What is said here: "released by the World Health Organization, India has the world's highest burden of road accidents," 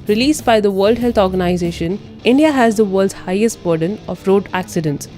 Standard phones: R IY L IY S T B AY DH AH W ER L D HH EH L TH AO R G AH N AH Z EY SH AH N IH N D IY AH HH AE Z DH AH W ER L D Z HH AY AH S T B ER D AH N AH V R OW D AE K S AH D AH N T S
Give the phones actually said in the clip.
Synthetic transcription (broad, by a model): R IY L IY S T B AY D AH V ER L D HH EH L T AO R G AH N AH Z EY SH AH N IH N D IY AH HH AE Z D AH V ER L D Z HH AY AH S T B ER D AH N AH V R OW D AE K S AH D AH N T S